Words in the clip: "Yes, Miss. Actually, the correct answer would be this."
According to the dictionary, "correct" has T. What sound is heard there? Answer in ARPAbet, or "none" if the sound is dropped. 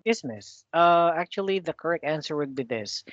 T